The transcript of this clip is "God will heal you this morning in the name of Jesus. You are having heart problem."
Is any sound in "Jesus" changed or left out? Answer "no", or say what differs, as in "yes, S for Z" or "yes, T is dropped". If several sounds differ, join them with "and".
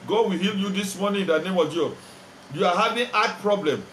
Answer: yes, S is dropped